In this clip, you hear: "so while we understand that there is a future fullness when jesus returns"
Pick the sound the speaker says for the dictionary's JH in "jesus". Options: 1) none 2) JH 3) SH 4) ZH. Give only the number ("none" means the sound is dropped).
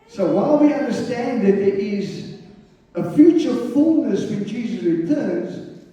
2